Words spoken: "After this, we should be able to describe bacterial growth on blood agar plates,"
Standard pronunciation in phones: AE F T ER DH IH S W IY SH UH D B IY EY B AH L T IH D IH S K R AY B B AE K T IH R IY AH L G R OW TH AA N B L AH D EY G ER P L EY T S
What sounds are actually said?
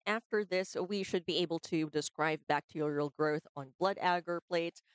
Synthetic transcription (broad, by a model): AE F T ER DH IH S W IY SH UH D B IY EY B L T IH D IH S K R AY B B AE K T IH R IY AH L G R OW TH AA N B L AH D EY G ER P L EY T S